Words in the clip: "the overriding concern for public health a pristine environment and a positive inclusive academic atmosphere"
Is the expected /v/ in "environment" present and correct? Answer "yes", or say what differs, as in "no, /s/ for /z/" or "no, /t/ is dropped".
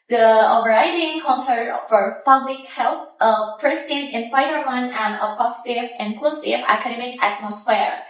no, /f/ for /v/